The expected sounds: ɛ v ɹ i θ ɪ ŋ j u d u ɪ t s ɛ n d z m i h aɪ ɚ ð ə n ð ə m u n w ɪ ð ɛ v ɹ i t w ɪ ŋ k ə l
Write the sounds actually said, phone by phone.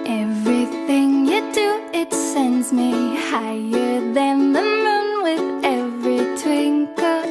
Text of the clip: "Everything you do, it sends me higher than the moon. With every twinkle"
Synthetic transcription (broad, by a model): ɛ v ɹ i θ ɪ ŋ j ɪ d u ɪ t s ɛ n d z m i h aɪ ɚ ð ə n ð ə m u n w ɪ ð ɛ v ɹ i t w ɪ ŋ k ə